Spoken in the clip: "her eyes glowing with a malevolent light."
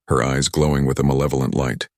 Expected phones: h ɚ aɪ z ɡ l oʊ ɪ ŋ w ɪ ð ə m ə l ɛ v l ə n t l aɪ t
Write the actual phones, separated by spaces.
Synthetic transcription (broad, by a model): h ɚ aɪ z ɡ l oʊ ɪ ŋ w ɪ ð ə m ə l ɛ v l ə n t l aɪ t